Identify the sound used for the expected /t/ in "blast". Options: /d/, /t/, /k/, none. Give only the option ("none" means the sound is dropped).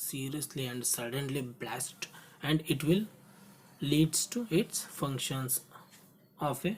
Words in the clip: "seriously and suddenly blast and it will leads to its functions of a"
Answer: /t/